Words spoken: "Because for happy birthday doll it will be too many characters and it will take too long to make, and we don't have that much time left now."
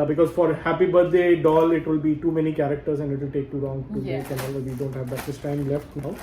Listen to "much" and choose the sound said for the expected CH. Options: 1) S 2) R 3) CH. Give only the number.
1